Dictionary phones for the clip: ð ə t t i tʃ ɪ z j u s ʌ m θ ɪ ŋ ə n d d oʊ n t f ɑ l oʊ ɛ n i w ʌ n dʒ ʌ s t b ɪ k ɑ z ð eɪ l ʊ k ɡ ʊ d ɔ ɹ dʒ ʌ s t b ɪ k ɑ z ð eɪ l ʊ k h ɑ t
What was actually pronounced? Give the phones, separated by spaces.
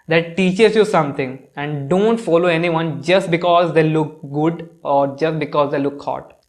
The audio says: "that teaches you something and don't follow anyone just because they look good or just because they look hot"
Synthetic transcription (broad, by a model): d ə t t i tʃ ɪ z j u s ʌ m t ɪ ŋ ə n d d oʊ n t f ɑ l oʊ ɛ n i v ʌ n dʒ ʌ s t b ɪ k ɑ z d eɪ l ʊ k ɡ ʊ d ɔ ɹ dʒ ʌ s t b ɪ k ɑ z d eɪ l ʊ k h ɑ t